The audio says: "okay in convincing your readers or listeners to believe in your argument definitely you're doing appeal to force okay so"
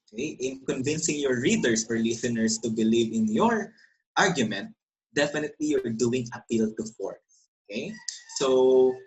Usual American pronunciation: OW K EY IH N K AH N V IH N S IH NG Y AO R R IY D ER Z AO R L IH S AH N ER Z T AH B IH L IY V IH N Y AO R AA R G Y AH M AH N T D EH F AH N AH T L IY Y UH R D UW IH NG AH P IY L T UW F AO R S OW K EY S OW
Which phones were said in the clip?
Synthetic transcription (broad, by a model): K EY IH N K AH N V IH N S IH NG Y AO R R IY D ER S AO R L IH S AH N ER S T AH B IH L IY V IH N Y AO R AA R G Y AH M AH N T D EH F AH N AH T L IY Y UH R D UW IH NG AH P IY L T UW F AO R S OW K EY S OW